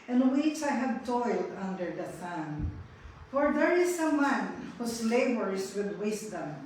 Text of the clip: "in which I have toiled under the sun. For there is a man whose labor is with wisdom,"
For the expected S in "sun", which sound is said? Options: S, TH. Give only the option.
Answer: TH